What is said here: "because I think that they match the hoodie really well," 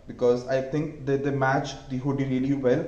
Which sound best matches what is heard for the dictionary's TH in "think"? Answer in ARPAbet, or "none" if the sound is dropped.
T